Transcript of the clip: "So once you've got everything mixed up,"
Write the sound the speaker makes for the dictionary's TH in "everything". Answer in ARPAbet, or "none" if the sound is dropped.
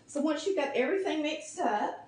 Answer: TH